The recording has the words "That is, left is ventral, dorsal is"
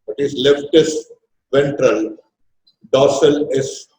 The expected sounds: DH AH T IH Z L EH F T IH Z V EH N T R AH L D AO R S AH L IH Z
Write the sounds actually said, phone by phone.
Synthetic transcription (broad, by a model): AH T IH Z L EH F T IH S V EH N T R AH L D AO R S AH L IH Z